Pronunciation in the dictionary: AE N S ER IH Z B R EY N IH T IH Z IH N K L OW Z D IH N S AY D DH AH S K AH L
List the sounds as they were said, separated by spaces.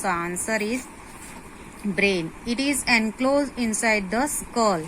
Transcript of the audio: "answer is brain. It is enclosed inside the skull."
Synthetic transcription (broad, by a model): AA N S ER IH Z B R EY N IH T IH Z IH N K L OW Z IH N S AY D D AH S K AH L